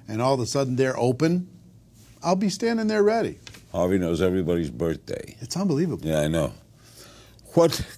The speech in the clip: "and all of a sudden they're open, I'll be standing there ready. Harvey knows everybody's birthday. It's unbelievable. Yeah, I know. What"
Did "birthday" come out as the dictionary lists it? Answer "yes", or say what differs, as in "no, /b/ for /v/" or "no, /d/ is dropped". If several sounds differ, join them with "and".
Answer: yes